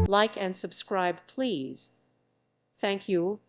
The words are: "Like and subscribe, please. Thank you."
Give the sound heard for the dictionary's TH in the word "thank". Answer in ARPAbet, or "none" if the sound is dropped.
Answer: TH